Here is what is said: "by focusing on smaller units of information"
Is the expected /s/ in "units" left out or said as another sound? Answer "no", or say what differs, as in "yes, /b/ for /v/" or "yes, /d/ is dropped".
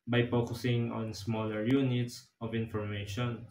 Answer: no